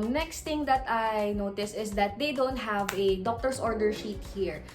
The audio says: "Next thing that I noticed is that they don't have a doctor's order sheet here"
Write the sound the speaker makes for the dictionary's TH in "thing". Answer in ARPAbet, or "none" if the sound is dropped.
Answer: T